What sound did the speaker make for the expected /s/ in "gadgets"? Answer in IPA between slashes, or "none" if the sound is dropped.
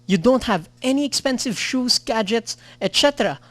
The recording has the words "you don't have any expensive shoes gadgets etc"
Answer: /s/